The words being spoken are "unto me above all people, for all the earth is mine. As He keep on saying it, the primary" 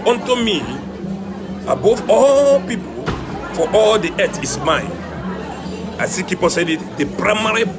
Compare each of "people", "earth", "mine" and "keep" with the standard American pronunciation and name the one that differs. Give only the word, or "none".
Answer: earth